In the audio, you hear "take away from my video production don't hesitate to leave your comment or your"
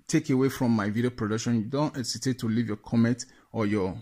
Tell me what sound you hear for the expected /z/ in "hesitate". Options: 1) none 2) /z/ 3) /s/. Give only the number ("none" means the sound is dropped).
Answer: 3